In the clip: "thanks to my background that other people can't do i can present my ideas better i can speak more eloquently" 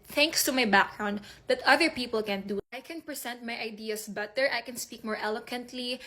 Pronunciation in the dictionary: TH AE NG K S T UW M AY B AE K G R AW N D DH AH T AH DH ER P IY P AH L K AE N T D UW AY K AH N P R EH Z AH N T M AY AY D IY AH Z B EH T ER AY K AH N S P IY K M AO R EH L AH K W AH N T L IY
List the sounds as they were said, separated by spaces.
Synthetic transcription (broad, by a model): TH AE NG K S T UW M AY B AE K G R AW N D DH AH T AH DH ER P IY P AH L K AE N D UW AY K AH N P R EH S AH N T M AY AY D IY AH S B EH T ER AY K AH N S P IY K M AO R EH L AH K W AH N T L IY